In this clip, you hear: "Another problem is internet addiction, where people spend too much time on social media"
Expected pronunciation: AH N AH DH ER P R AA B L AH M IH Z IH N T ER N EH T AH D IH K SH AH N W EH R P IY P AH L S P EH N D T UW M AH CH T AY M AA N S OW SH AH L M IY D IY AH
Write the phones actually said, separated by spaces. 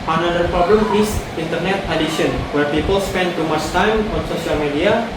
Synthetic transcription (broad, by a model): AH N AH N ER P R AA B L AH M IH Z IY N T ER N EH T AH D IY SH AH N W EH R P IY P AH L S P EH N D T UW M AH S T AY M AA N S OW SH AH L M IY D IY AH